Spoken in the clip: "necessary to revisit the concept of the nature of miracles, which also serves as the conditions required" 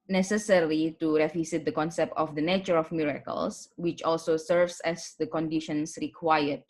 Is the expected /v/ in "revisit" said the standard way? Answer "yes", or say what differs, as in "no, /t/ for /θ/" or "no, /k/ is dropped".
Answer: no, /f/ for /v/